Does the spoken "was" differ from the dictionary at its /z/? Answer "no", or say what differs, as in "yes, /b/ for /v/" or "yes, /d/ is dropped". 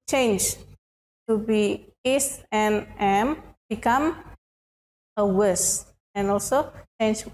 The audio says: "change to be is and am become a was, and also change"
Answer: yes, /s/ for /z/